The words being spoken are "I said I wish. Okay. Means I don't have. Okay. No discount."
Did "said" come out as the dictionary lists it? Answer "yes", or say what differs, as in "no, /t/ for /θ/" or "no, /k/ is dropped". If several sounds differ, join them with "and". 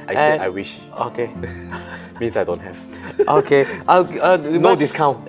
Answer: no, /d/ is dropped